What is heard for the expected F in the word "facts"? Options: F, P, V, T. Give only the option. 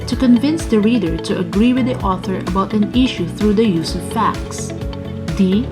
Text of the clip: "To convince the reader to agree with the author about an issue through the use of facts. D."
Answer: F